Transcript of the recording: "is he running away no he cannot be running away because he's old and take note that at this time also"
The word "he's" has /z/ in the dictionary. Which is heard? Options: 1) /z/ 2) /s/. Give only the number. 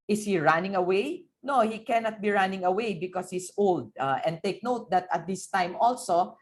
2